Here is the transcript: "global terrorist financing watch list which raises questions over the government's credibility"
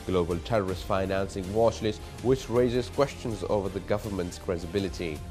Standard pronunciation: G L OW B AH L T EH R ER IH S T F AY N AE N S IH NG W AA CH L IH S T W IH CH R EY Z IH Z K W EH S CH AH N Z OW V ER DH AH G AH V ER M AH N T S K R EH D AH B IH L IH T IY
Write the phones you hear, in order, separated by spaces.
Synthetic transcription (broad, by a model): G L OW B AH L T EH R ER IH S T F AY N AE N S IH NG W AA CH L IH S W IH CH R EY Z IH Z K W EH S CH AH N Z OW V ER DH AH G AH V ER M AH N T S K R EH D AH B IH L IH T IY